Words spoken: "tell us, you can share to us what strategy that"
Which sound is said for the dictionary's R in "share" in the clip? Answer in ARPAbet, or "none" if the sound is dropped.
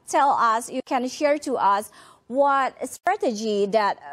R